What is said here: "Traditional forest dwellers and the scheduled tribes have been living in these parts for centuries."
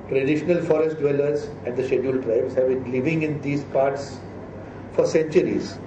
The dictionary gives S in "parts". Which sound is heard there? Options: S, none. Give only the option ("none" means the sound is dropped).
S